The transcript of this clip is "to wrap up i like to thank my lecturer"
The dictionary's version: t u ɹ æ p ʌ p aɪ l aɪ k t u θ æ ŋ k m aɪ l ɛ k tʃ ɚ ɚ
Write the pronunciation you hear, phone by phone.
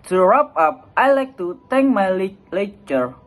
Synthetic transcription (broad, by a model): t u ɹ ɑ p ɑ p aɪ l aɪ k t u t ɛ ŋ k m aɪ l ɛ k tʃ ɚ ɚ